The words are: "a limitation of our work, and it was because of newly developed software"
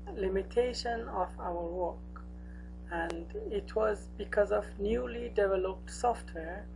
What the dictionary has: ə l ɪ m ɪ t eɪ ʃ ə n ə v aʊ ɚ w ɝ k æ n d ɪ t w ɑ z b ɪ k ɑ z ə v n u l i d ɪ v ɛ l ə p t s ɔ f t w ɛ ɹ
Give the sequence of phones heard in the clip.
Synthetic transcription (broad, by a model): l ɪ m ɪ t eɪ ʃ ə n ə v aʊ ɚ w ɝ k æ n d ɪ t w ɑ z b ɪ k ɑ z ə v n u l i d ɪ v ɛ l ə p t s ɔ f t w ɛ ɹ